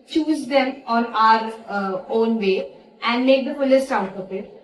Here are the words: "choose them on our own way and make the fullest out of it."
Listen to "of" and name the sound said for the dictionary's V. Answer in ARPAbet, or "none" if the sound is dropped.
P